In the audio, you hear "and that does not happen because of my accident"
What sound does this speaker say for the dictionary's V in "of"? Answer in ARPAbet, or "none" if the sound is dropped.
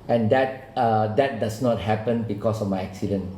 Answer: F